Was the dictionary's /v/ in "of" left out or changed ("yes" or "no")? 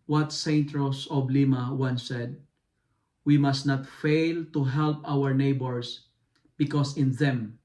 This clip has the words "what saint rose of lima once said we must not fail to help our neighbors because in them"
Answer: yes